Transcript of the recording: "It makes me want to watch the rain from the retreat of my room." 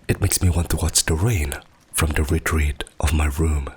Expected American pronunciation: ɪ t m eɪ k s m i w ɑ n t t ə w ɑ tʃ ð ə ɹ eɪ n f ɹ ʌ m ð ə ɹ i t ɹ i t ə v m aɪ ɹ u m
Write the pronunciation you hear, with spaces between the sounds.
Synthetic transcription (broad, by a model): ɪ t m eɪ k s m i w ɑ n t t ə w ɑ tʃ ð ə ɹ eɪ n f ɹ ʌ m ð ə ɹ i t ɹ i t ə v m aɪ ɹ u m